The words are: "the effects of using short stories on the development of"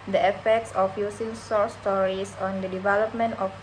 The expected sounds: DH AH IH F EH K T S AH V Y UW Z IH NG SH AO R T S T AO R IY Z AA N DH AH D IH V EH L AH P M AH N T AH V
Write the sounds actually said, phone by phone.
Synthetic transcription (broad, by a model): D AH IH F EH K T S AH F Y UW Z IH NG S AO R S T AO R IY S AA N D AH D IH V EH L AH P M AH N T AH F